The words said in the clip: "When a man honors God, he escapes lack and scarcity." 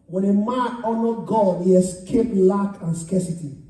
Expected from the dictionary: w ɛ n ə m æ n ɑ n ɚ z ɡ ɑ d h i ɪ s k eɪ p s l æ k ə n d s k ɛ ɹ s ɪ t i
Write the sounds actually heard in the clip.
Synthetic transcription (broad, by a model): w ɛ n ə m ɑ n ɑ n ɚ ɡ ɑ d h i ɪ s k eɪ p l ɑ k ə n s k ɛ s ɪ t i